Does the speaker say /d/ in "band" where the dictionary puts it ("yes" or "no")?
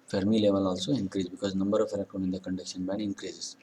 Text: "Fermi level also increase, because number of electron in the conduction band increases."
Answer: no